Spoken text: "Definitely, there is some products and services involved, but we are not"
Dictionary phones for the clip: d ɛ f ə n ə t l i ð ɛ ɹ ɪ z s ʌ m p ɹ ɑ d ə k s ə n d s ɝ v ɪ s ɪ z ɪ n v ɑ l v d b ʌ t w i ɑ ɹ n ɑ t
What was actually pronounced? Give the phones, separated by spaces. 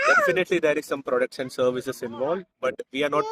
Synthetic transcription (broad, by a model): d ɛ f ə n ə t l i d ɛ ɹ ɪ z s ʌ m p ɹ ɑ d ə k ʃ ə n s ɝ v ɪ s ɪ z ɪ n v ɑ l d b ʌ t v i ɑ ɹ n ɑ t